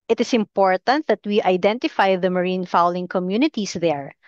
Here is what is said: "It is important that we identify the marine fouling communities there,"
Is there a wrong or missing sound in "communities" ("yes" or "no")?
yes